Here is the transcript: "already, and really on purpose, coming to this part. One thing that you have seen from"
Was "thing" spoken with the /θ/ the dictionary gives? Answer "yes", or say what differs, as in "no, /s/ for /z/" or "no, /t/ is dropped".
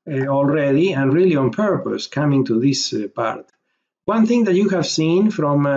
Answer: yes